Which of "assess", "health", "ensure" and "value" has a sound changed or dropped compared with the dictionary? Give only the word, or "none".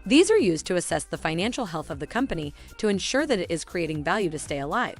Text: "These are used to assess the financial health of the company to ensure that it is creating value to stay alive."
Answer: none